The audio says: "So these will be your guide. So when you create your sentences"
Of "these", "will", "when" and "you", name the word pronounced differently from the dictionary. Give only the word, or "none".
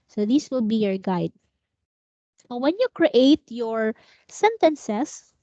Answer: these